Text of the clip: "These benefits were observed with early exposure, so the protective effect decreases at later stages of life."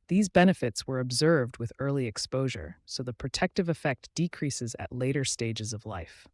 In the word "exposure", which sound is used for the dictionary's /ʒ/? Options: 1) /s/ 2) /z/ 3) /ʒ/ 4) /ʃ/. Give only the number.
3